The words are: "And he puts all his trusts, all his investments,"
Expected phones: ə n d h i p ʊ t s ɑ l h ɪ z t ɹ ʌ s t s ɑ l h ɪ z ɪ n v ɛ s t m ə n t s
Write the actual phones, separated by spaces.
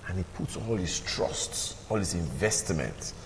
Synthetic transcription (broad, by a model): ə n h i p ʊ t s ɑ l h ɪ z t ɹ ʌ s t s ɑ l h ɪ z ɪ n v ɛ s t m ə n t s